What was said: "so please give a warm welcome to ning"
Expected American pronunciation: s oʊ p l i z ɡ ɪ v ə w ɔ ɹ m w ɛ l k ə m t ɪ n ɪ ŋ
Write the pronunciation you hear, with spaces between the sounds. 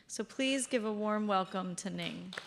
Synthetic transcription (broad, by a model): s oʊ p l i z ɡ ɪ v ə w ɔ ɹ m w ɛ l k ə m t ɪ n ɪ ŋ